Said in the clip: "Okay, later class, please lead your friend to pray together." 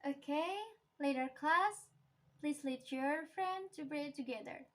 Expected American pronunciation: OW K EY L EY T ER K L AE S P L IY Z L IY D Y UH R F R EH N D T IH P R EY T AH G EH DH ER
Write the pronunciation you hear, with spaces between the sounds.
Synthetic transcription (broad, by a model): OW K EY L EY T ER K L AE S P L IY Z L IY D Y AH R F R EH N D T IH B R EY T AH G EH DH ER